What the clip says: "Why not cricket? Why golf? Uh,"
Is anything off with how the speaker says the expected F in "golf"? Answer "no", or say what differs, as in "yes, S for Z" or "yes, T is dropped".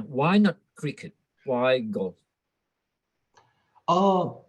yes, F is dropped